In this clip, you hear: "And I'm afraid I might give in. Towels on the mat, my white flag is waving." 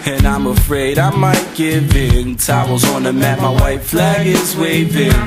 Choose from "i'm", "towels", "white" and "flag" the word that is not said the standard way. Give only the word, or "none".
towels